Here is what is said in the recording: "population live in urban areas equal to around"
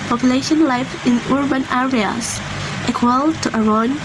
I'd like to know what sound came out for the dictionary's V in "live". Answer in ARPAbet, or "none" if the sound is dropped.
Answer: F